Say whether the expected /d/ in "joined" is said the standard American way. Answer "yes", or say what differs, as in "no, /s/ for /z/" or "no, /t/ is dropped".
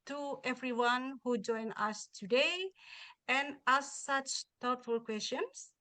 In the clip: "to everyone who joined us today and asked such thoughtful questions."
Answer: no, /d/ is dropped